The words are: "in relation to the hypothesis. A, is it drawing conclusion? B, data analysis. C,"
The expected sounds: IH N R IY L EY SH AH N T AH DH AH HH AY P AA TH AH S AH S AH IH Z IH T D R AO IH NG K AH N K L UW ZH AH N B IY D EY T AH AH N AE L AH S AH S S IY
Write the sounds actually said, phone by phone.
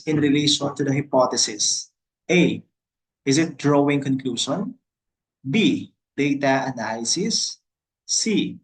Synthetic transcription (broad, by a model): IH N R IY L EY SH AH N T AH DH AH HH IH P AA T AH S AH S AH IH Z IH T D R AO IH NG K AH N K L UW SH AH N B IY D EY T AH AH N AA L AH S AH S S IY